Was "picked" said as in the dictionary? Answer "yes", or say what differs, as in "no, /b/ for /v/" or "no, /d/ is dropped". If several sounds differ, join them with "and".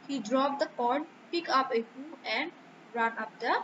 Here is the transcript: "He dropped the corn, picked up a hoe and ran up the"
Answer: no, /t/ is dropped